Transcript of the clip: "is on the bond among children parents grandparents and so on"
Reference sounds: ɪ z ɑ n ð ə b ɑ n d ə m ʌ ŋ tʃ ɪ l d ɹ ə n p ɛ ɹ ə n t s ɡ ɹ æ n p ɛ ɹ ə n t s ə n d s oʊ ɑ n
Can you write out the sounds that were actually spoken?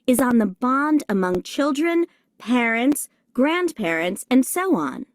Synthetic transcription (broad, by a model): ɪ z n ð ə b ɑ n d ə m ʌ ŋ tʃ ɪ l d ɹ ə n p ɛ ɹ ə n t s ɡ ɹ æ n p ɛ ɹ ə n t s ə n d s oʊ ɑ n